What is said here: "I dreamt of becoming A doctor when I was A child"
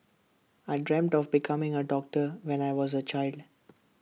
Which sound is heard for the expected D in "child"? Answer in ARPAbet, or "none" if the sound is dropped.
D